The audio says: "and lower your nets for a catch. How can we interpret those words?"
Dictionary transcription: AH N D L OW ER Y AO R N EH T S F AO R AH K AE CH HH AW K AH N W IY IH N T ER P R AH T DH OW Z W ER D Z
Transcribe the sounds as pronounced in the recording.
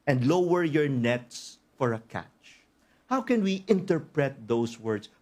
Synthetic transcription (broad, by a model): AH N D L OW ER Y AO R N EH T S F AO R AH K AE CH HH AW K AH N W IY IH N T ER P R AH T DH OW S W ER D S